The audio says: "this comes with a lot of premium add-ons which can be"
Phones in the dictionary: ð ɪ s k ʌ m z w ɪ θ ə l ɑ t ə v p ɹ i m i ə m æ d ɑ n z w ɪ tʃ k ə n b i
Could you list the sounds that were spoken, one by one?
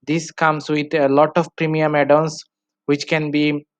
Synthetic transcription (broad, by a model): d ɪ s k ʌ m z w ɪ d ə l ɑ t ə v p ɹ i m i ə m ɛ d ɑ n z w ɪ tʃ k ə n b i